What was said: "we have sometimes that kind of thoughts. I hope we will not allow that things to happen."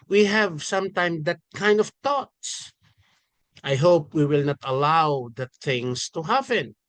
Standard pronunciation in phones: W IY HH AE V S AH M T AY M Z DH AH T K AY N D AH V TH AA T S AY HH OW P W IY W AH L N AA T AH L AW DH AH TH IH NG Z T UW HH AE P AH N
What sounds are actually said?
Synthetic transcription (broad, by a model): W IY HH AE V S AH M T AY M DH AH T K AY N D AH V T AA T S AY HH OW P W IY W AH L N AA T AH L AW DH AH T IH NG S T UW HH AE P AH N